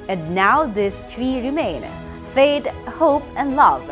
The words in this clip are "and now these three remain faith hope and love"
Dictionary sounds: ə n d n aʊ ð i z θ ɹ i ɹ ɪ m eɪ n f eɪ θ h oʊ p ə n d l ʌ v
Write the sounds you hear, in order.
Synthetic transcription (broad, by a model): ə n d n aʊ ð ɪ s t ɹ i ɹ ɪ m eɪ n f eɪ t h oʊ p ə n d l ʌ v